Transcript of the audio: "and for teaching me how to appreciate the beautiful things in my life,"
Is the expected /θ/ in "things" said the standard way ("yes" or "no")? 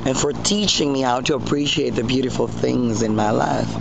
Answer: yes